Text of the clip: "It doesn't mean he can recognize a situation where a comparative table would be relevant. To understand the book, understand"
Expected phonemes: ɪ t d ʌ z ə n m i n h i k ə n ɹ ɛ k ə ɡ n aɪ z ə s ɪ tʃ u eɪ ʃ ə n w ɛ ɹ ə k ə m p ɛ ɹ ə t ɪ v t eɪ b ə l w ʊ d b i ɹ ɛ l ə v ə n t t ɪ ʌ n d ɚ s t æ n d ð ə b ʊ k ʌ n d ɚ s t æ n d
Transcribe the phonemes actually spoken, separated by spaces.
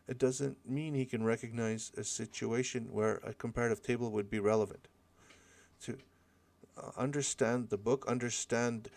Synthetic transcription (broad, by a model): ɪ t d ʌ z ə n m i n h i k ə n ɹ ɛ k ə ɡ n aɪ z ə s ɪ tʃ u eɪ ʃ ə n w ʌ ɹ ə k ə m p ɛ ɹ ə t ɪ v t eɪ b l w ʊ d b i ɹ ɛ l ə v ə n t t ɪ ʌ n d ɚ s t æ n ð ə b ʊ k ʌ n d ɚ s t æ n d